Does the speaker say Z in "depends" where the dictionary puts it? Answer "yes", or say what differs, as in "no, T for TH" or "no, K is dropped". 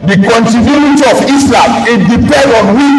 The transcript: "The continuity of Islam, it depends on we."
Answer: no, Z is dropped